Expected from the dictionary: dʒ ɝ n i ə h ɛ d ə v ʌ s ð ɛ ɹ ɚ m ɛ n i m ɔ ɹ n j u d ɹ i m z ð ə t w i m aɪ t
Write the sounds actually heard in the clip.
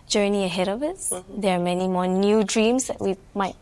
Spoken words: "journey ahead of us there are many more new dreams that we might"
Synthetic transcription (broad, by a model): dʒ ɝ n i ə h ɛ d ə v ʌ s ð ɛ ɹ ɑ m ɛ n i m ɔ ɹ n j u d ɹ i m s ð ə t w i m aɪ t